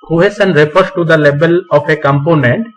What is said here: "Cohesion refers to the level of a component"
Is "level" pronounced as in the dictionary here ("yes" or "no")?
no